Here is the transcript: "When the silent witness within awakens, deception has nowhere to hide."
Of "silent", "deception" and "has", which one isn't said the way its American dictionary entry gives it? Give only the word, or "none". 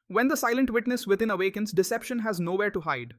none